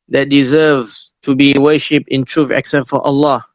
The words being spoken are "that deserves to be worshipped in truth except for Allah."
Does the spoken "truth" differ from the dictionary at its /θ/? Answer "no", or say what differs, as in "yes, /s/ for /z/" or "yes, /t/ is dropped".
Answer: yes, /f/ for /θ/